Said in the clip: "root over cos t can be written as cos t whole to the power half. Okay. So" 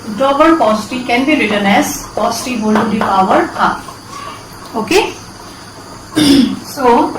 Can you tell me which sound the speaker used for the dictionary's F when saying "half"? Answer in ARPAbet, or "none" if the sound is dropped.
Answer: none